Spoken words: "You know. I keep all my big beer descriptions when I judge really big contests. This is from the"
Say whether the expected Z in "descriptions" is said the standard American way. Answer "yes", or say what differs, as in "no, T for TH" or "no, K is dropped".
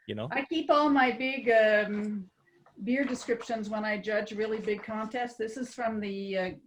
yes